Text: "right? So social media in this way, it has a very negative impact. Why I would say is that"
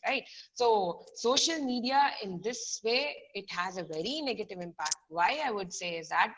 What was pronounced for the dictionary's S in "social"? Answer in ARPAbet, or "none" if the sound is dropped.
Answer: S